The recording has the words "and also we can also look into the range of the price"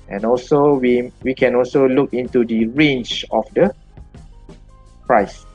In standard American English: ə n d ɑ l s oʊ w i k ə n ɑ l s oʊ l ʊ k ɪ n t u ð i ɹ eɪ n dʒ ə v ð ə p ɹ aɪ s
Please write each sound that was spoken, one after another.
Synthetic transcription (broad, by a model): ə n ɑ l s oʊ w i k ə n ɑ l s oʊ l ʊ k ɪ n t u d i ɹ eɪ n tʃ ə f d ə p ɹ aɪ s